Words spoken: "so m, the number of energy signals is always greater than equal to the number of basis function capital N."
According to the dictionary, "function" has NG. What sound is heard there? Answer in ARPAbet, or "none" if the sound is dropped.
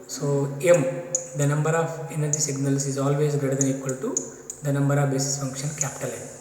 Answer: NG